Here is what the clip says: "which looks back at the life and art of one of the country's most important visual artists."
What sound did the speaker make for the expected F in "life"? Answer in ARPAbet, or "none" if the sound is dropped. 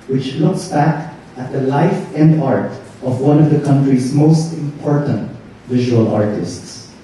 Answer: F